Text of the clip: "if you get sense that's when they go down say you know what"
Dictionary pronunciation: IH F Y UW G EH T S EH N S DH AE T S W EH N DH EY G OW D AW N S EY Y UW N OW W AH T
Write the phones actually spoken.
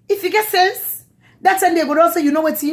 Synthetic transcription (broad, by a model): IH F Y UW G EH T S EH N S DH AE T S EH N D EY G OW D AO L S EY Y UW N OW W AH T